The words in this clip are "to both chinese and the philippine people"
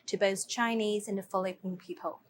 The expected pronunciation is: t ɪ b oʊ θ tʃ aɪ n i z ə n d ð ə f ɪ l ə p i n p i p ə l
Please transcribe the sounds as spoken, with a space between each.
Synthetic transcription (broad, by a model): t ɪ b oʊ θ tʃ aɪ n i z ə n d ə f l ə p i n p i p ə l